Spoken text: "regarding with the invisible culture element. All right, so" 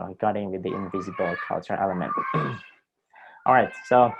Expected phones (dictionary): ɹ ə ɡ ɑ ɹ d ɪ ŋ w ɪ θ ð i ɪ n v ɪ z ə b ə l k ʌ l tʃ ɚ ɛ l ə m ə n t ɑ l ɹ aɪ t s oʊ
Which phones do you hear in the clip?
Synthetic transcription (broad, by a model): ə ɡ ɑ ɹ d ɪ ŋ w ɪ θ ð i ɪ n v ɪ z ə b ə l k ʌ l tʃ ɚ ɛ l ə m ə n t ɑ l ɹ aɪ t s oʊ